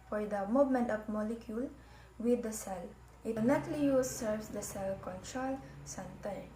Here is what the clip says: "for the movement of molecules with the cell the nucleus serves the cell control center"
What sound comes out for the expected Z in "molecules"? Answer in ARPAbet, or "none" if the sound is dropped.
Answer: none